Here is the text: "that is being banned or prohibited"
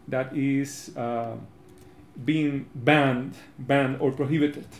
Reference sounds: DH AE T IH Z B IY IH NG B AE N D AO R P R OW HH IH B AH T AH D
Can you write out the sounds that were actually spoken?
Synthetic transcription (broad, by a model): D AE T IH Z B IY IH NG B AE N D AO R P R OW HH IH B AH T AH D